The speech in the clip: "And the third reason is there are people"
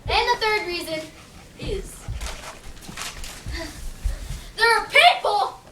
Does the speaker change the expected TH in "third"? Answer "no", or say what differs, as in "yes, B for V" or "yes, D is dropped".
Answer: no